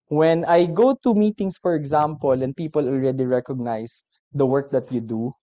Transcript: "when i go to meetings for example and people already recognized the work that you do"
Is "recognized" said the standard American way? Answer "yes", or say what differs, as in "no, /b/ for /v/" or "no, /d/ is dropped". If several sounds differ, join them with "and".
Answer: no, /s/ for /z/